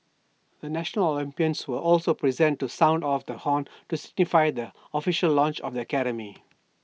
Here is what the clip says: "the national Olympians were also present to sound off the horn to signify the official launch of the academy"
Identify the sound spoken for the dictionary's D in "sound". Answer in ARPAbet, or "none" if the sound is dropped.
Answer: D